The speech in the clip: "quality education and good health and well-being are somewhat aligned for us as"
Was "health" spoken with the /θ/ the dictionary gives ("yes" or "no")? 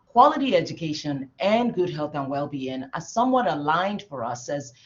yes